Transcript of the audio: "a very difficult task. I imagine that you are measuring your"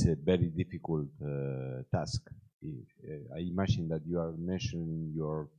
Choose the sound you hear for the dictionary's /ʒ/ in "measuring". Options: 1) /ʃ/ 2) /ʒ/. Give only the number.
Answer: 1